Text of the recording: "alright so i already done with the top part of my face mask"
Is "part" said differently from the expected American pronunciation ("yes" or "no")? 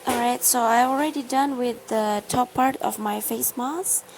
no